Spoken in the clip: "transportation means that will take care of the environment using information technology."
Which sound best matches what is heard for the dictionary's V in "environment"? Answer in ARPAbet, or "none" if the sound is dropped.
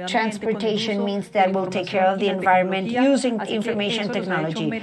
V